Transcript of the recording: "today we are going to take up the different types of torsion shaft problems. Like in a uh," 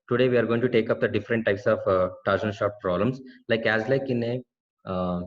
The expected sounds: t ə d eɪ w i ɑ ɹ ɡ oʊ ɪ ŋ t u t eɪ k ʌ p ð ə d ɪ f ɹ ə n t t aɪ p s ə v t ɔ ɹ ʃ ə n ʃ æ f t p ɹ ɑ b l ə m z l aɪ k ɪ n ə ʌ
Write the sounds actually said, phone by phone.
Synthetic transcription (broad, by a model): t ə d eɪ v i ɑ ɹ ɡ oʊ ɪ ŋ t u t eɪ k ʌ p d ə d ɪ f ɹ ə n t t aɪ p s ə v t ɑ ɹ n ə l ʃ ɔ t p ɹ ɑ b l ə m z l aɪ k ɪ n ə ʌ